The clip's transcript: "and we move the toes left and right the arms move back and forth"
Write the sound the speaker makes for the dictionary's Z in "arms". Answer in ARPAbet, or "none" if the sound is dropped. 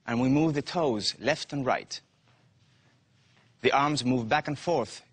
Z